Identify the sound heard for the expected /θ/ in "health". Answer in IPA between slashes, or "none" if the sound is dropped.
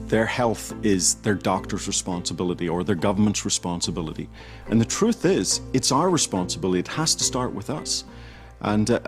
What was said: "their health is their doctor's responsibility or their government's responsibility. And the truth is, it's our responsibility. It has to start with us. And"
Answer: /θ/